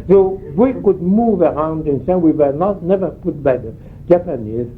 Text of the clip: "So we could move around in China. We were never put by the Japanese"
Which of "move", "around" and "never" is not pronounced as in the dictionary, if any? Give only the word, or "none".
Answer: none